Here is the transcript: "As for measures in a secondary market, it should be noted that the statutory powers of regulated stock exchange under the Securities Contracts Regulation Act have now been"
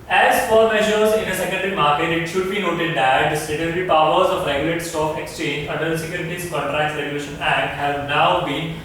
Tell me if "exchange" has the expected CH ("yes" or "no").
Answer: yes